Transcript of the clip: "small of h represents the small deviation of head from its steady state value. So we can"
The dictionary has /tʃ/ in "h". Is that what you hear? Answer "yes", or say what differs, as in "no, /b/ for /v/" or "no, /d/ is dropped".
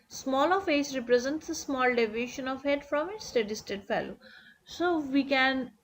no, /s/ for /tʃ/